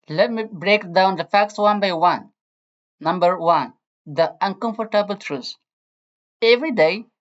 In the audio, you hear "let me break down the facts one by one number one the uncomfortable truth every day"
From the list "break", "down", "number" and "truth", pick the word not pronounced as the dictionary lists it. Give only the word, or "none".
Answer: truth